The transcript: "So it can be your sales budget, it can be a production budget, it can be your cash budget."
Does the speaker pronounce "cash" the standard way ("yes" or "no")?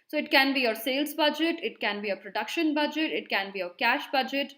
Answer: yes